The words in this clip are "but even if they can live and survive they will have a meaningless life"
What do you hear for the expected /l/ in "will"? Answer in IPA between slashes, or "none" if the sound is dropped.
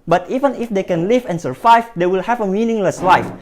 /l/